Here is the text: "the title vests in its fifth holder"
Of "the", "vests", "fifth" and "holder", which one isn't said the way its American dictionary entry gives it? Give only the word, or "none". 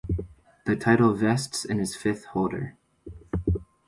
none